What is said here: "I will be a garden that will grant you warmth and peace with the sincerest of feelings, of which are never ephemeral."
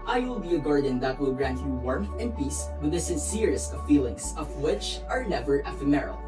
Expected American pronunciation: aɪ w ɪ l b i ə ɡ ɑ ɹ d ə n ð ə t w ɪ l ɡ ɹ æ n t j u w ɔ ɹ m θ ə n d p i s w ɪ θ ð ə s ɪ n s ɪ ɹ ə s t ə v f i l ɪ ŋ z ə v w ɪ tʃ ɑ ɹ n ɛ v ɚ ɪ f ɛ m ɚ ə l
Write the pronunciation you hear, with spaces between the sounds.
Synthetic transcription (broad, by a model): aɪ w ɪ l b i ə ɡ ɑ ɹ d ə n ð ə t w ɪ l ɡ ɹ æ n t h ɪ w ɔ ɹ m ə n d p i s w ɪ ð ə s ɪ n s ɪ ɹ ə s t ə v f i l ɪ ŋ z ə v w ɪ tʃ ɑ ɹ n ɛ v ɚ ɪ f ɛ m ɚ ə l